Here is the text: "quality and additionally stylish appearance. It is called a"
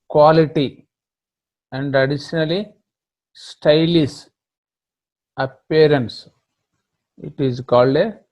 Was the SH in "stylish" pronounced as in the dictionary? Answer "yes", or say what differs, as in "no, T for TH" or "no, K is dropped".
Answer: no, S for SH